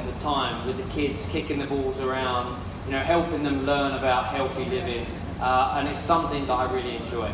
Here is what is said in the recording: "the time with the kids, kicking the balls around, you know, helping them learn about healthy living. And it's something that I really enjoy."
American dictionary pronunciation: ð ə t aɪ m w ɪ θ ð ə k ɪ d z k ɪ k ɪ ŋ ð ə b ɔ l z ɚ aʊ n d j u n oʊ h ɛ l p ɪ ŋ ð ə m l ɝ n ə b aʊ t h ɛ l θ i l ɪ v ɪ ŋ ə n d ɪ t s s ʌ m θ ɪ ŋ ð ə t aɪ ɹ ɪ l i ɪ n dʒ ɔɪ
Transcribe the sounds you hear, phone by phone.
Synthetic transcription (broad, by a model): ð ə t aɪ m w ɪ ð ə k ɪ d z k ɪ k ɪ ŋ ð ə b ɔ l z ɚ aʊ n d j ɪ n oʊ h ɛ l p ɪ ŋ ð ə m l ɝ n ə b aʊ t h ɛ l θ i l ɪ v ɪ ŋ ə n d ɪ t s s ʌ m θ ɪ ŋ ð ə t aɪ ɹ ɪ l i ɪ n dʒ ɔɪ